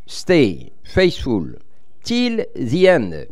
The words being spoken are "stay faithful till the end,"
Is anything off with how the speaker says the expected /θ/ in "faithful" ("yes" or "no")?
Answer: yes